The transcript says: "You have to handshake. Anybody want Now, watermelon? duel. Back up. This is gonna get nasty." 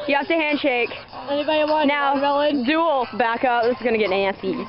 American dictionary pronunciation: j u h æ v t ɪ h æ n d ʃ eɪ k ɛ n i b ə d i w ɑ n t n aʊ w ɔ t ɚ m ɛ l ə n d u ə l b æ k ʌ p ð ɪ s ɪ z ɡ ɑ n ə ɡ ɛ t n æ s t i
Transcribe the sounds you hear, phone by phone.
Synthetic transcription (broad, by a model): j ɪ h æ f t ɪ h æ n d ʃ eɪ k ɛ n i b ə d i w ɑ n n aʊ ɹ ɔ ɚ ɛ l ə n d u l b æ k ʌ p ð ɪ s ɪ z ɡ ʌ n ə ɡ ɛ t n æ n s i